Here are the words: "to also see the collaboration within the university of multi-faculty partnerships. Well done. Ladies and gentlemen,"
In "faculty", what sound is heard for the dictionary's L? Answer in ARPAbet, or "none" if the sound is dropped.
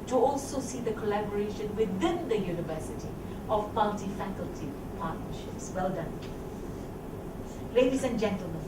L